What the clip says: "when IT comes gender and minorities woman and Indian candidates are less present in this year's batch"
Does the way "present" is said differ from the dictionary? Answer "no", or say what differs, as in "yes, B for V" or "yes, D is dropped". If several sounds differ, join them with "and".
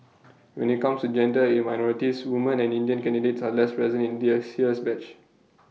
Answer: yes, T is dropped